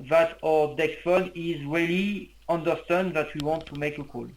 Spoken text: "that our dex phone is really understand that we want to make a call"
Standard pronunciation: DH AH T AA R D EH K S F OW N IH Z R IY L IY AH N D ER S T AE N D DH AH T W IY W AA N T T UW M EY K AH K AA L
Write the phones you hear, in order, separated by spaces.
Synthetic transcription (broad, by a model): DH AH T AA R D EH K F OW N IH Z R IY L IY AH N D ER S T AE N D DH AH T W IY W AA N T T UW M EY K AH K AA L